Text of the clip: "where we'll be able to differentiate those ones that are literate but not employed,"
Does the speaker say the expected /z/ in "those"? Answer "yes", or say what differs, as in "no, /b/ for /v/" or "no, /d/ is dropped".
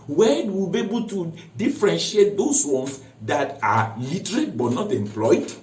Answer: no, /s/ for /z/